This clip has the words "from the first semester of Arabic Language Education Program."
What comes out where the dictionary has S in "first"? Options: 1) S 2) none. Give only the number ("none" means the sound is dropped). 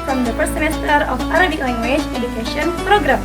2